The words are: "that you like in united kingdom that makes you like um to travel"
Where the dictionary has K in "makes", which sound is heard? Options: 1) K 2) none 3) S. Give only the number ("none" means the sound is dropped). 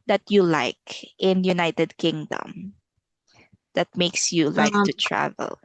1